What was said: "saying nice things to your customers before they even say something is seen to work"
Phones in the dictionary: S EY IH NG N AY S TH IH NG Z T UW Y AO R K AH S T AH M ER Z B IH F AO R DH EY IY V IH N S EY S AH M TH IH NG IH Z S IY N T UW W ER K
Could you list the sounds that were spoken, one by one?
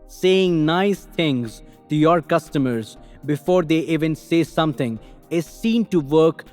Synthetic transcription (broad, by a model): S EY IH NG N AY S T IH NG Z T UW Y AO R K AH S T AH M ER Z B IH F AO R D EY IY V IH N S EY S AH M T IH NG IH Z S IY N T UW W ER K